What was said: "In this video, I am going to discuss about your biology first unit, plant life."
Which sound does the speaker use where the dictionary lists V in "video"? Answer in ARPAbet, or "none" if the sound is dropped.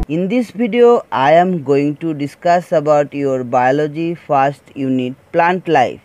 B